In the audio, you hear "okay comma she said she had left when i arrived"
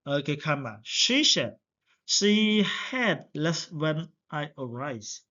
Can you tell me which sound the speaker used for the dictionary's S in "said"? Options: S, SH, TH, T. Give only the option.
SH